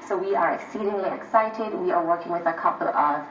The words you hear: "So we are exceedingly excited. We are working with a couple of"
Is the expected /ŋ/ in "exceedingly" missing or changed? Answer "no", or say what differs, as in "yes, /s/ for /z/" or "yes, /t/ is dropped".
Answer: no